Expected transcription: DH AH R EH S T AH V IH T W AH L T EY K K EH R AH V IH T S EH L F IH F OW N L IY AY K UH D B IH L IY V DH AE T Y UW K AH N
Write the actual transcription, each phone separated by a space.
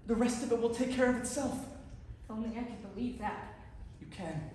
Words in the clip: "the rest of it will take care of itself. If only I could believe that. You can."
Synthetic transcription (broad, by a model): DH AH R EH S T AH V IH T W AH L T EY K K EH R AH V IH T S EH L F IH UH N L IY AY K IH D B IH L IY V DH AE T Y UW K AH N